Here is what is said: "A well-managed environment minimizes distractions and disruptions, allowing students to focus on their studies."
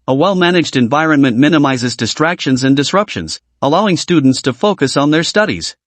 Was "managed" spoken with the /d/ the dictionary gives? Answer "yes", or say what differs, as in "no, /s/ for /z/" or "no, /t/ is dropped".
yes